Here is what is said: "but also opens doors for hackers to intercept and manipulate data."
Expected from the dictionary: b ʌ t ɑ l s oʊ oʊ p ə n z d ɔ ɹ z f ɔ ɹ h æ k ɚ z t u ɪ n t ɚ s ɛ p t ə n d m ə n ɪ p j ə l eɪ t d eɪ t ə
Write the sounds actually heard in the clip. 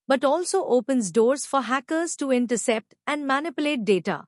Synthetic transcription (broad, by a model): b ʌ t ɑ l s oʊ oʊ p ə n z d ɔ ɹ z f ɔ ɹ h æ k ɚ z t u ɪ n t ɚ s ɛ p t ə n d m ə n ɪ p j ə l eɪ t d eɪ t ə